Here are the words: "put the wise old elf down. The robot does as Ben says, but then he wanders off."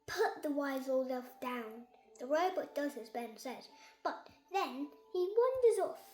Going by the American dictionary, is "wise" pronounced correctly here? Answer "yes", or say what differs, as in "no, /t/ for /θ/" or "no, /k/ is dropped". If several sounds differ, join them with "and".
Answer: yes